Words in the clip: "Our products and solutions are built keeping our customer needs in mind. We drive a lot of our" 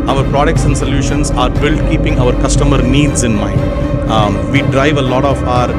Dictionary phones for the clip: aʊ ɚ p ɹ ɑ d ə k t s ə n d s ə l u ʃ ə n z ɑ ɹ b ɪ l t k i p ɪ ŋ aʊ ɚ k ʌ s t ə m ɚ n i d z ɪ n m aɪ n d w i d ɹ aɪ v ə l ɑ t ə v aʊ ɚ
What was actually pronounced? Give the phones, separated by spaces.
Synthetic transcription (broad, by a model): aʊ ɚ p ɹ ɑ d ə k t s ə n d s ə l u ʃ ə n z ɑ ɹ b ɪ l t k i p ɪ ŋ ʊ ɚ k ʌ s t ə m ɚ n i d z ɪ n m aɪ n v i d ɹ aɪ v ə l ɑ t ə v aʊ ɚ